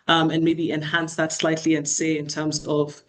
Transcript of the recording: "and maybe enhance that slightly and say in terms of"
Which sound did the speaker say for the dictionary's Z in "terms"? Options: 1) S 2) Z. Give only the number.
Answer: 2